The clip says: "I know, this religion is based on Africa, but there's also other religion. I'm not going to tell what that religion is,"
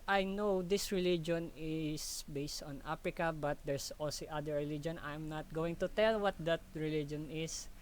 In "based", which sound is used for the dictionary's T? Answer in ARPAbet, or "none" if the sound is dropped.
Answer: T